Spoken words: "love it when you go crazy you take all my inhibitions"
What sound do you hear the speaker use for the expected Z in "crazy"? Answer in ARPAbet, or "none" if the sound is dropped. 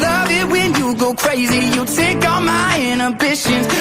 Z